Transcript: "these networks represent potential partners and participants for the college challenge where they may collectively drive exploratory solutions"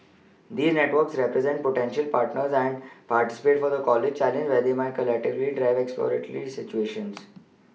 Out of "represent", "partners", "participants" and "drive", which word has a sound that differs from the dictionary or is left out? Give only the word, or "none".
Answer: participants